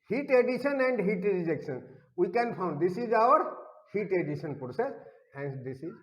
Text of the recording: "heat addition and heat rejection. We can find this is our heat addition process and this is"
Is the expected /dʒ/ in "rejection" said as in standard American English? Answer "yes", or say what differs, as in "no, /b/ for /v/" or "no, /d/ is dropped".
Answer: yes